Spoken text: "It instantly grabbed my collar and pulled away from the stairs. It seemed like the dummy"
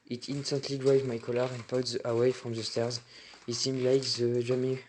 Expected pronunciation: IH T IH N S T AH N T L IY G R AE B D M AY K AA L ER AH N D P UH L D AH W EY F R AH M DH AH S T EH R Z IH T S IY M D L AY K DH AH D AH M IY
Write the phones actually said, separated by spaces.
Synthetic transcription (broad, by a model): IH T IH N S T AH N T L IY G R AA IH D M AY K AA L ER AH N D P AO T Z AH W EY F R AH M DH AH S T EH R Z IH T S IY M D L AY K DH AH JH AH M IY